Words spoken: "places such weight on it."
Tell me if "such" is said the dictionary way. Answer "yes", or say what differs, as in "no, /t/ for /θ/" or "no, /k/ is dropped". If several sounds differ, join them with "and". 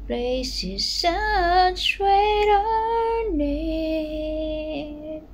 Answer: no, /s/ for /tʃ/